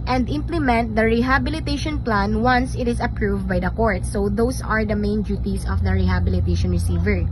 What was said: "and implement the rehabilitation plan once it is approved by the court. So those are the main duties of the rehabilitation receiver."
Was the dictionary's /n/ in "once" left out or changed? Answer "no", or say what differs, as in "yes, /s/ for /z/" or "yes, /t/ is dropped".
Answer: no